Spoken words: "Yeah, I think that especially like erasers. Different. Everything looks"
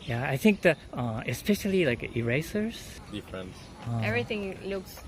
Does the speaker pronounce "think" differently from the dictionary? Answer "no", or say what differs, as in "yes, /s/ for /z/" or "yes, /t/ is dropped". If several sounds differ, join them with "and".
no